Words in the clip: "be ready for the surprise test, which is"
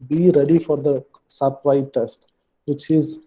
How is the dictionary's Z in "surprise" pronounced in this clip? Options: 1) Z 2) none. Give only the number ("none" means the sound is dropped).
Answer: 2